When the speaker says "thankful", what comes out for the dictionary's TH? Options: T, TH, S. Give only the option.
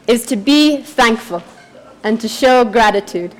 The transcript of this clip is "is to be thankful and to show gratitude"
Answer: TH